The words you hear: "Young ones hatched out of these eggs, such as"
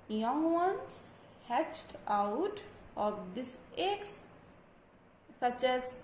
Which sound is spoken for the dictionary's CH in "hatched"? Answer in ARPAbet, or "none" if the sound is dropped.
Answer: CH